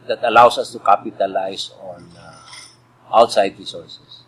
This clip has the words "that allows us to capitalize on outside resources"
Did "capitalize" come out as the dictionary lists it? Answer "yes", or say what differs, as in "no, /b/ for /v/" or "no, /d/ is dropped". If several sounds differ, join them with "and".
no, /s/ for /z/